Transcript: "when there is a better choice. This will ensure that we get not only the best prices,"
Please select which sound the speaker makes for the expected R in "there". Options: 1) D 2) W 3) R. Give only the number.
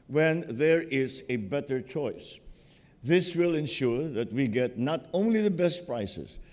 3